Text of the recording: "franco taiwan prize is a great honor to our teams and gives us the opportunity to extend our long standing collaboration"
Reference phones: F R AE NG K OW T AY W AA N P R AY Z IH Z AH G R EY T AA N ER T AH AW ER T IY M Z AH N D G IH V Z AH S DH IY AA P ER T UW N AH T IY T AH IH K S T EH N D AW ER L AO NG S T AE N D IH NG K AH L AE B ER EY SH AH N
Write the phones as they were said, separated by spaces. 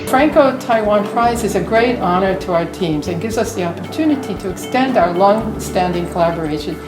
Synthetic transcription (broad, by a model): F R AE NG K OW T AY W AA N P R AY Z IH Z AH G R EY T AA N ER T AH AW ER T IY M Z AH N G IH V Z AH S DH IY AA P ER T UW N AH T IY T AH IH K S T EH N D AW ER L AO NG S T AE N D IH NG K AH L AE B ER EY SH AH N